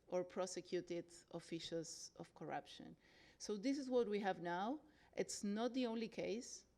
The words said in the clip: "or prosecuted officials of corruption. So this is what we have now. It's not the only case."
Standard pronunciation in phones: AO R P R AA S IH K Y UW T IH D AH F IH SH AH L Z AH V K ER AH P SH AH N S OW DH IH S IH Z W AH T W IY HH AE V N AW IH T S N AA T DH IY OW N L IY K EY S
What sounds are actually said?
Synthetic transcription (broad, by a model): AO R P R AA S IH K Y UW T IH D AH F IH SH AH L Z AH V K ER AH P SH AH N S OW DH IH S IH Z W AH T W IY HH AE V N AW IH T S N AA T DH IY OW N L IY K EY S